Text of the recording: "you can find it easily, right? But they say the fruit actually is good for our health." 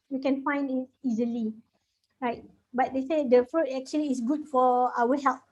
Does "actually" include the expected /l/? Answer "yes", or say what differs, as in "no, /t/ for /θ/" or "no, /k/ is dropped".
no, /l/ is dropped